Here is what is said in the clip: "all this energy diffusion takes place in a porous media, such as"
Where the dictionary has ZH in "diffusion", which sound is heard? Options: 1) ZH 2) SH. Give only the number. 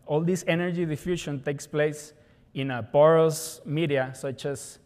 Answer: 2